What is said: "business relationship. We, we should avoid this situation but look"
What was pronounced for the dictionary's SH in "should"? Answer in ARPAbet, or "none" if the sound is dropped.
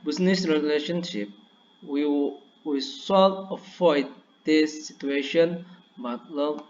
S